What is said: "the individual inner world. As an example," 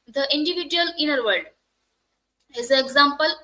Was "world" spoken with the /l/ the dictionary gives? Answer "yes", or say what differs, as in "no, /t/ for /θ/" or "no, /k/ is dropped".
no, /l/ is dropped